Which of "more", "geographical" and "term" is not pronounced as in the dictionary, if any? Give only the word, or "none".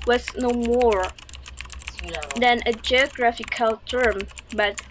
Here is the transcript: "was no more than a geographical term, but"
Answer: none